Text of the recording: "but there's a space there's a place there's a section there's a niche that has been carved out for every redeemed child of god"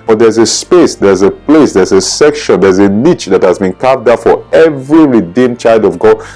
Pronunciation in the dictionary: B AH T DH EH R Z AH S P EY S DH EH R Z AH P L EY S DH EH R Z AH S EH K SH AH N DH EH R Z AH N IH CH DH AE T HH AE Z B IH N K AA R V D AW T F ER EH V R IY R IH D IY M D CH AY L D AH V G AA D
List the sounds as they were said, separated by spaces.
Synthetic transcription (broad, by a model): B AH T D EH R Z AH S P EY S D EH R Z AH P L EY S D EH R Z AH S EH K SH AH N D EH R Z AH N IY CH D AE T HH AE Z B IH N K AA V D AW F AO EH V R IY R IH D IY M CH AY L D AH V G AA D